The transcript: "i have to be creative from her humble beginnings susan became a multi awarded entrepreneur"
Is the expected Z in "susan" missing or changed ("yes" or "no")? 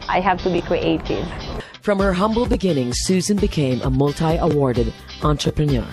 no